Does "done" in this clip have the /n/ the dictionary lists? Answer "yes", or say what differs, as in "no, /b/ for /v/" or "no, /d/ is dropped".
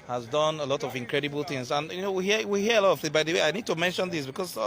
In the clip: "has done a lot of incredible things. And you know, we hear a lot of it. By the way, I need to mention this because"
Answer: yes